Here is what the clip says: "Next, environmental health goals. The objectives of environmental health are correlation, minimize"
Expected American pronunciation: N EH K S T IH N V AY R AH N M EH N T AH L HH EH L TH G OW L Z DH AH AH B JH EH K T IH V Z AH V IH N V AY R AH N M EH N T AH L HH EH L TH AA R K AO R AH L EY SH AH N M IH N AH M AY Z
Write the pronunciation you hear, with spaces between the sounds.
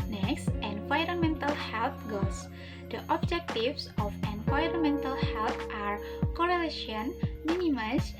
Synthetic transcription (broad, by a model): N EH K S T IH N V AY R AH N M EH N T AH L HH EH L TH G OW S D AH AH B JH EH K T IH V S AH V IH N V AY R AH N M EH N T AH L HH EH L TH AA R K AO R AH L EY SH AH N M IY N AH M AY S